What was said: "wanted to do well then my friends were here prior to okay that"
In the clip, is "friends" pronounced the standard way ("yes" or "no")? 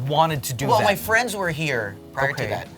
yes